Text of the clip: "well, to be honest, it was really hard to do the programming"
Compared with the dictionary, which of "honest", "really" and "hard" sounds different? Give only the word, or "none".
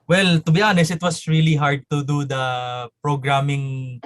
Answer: honest